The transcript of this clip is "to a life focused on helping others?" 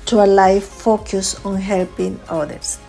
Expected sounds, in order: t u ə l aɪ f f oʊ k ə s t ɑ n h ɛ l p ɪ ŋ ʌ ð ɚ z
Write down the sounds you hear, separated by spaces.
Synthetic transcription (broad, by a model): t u ə l aɪ f f oʊ k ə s ɑ n h ɛ l p ɪ ŋ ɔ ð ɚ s